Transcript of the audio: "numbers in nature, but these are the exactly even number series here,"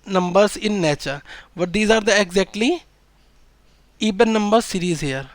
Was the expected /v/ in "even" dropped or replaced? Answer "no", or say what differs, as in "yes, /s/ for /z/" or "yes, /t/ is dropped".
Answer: yes, /b/ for /v/